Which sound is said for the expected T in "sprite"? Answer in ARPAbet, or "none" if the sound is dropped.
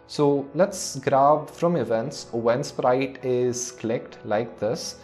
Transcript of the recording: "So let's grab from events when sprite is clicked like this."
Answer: T